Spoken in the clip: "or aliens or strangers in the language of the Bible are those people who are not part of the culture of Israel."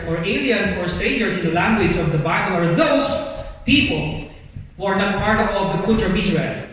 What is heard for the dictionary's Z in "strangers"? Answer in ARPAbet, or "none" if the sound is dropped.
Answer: S